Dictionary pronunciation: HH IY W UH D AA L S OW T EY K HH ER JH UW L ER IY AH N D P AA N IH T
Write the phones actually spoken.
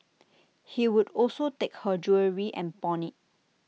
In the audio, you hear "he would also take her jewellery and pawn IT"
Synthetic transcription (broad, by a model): HH IY W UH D AA L S OW T EY K HH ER JH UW ER IY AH N P AA N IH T